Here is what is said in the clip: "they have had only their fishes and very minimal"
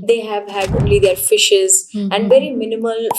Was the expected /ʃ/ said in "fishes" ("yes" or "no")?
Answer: yes